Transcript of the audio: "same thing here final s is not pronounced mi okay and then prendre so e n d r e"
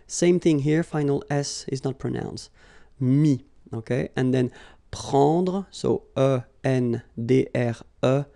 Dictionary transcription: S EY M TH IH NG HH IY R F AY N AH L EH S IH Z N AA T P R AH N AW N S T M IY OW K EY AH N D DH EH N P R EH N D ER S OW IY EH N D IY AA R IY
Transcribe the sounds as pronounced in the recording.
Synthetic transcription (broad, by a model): S EY M TH IH NG HH IY R F AY N AH L EH S IH Z N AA T P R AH N AW N S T M IY OW K EY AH N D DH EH N P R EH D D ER S OW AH EH N D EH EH R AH